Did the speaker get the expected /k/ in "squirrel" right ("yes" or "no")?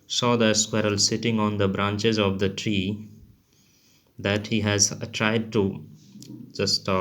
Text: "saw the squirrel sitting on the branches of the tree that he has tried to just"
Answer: yes